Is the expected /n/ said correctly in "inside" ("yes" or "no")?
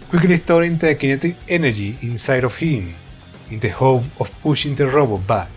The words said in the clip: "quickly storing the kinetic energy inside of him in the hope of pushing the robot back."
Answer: yes